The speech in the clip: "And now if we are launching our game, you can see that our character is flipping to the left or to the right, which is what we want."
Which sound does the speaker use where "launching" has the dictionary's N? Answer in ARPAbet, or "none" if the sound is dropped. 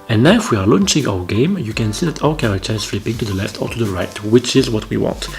N